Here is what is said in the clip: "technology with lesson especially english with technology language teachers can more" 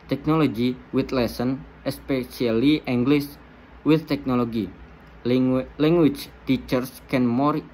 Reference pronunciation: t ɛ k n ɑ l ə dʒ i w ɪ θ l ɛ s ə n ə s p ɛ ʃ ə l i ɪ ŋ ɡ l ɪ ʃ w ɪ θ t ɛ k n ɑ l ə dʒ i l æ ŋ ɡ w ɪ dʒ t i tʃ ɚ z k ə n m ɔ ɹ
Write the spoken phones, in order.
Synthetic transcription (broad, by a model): t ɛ k n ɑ l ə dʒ i w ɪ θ l ɛ s ə n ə s p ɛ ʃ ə l i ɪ ŋ ɡ l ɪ s w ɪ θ t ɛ k n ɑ l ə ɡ i l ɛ ŋ ɡ w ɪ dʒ t i tʃ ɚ s k ə n m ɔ ɹ